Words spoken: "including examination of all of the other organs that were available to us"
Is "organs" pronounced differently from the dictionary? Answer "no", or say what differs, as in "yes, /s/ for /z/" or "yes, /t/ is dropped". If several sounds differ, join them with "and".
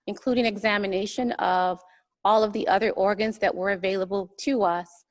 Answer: no